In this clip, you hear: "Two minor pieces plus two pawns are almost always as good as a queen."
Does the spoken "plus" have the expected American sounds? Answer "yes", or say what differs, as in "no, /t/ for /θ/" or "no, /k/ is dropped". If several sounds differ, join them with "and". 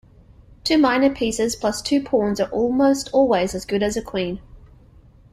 yes